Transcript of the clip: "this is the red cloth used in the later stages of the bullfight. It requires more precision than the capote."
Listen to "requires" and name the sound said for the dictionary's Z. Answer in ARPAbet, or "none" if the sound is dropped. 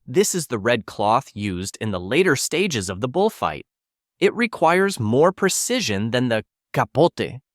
Z